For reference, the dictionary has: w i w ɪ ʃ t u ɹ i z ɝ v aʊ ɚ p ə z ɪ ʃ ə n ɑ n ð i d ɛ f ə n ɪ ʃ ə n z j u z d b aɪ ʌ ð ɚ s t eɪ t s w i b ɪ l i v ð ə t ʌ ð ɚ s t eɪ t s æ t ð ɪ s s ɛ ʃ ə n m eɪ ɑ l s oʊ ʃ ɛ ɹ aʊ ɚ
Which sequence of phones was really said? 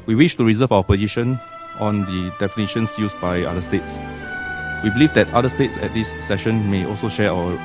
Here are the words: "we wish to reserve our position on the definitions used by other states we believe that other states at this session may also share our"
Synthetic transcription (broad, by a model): w i w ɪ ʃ t u ɹ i z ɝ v aʊ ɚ p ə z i ʃ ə n ɑ n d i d ɛ f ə n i ʃ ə n s j u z b aɪ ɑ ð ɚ s t eɪ t s w i b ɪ l i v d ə t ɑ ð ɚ s t eɪ t s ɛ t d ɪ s s ɛ ʃ ə n m eɪ ɑ l s oʊ ʃ ɛ aʊ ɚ